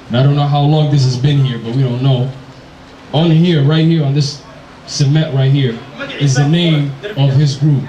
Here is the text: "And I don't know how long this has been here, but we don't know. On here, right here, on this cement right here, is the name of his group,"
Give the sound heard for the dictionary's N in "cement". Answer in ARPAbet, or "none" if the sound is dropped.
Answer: none